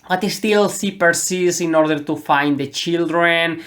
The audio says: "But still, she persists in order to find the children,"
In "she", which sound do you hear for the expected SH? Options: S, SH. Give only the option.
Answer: S